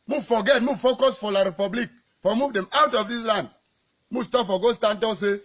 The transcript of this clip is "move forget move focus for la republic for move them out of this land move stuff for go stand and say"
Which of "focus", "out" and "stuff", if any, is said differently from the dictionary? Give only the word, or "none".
stuff